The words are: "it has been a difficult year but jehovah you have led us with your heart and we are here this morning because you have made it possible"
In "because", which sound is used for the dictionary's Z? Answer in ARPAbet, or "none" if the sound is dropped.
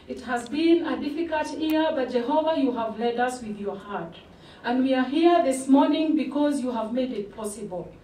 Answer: Z